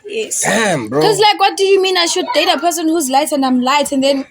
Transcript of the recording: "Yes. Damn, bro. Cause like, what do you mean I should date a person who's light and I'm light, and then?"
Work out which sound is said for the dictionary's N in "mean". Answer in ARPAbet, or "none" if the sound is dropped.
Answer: N